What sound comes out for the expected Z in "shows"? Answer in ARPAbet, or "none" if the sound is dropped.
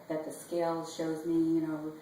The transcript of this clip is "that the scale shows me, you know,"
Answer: Z